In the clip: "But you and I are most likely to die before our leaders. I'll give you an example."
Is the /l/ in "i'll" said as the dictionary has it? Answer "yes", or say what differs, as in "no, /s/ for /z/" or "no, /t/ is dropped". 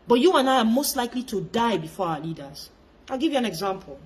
yes